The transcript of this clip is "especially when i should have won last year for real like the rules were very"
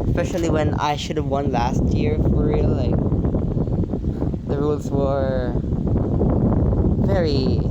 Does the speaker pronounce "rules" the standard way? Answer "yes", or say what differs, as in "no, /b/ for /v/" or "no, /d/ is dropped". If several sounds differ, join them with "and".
yes